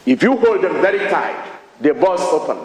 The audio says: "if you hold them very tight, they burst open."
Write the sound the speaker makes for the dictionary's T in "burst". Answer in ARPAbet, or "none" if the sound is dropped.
none